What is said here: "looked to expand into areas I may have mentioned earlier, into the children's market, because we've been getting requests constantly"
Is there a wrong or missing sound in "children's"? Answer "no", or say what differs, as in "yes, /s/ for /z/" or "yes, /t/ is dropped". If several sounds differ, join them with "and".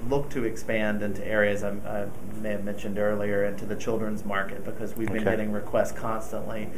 no